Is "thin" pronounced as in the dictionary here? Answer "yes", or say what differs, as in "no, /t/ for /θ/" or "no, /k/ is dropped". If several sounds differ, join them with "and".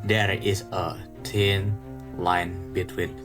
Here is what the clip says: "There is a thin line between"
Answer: no, /t/ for /θ/